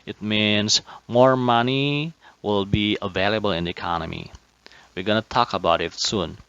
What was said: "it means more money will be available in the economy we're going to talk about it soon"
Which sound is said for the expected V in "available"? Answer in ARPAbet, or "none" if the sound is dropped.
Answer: V